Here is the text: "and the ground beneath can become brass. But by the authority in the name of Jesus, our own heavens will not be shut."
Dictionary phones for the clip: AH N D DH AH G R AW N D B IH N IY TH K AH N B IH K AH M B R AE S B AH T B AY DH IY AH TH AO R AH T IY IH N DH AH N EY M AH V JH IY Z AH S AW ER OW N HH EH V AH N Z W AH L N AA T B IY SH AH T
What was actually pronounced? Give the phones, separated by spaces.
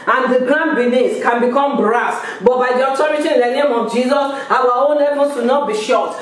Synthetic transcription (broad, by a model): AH N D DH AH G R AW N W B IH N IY S K AH N B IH K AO M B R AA S B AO T B AY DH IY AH T AO R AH T IY IH N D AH N EY M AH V JH IY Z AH S AW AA OW N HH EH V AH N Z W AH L N AA T B IY SH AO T